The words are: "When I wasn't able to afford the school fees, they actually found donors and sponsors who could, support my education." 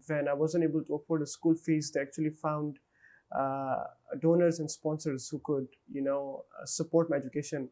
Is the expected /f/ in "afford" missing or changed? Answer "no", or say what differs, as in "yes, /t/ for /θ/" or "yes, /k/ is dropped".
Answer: yes, /p/ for /f/